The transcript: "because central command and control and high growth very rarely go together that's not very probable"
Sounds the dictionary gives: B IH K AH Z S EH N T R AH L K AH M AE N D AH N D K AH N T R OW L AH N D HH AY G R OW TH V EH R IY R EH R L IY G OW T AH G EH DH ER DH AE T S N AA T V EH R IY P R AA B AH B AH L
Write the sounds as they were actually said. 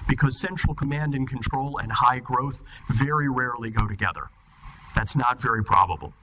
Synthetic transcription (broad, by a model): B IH K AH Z S EH N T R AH L K AH M AE N D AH N K AH N T R OW L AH N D HH AY G R OW TH V EH R IY R EH R L IY G OW T AH G EH DH ER DH AE T S N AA T V EH R IY P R AA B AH B L